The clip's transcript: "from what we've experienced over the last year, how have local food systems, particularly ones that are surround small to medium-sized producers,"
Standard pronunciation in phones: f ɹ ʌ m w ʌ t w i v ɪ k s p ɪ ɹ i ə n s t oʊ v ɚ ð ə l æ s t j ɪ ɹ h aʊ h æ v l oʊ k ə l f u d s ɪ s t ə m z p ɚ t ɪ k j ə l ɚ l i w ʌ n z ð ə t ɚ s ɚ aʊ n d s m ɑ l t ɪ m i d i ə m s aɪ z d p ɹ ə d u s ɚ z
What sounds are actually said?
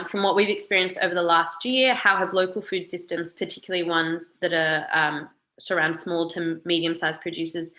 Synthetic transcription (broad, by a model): f ɹ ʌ m w ʌ t w i v ɪ k s p ɪ ɹ i ə n s t oʊ v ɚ ð ə l æ s t j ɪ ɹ h aʊ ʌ v l oʊ k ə l f u d s ɪ s t ə m z p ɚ t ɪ k j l l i w ʌ n z ð ə t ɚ s ɚ aʊ n d s m ɑ l t ɪ m i d i ə m s aɪ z p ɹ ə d u s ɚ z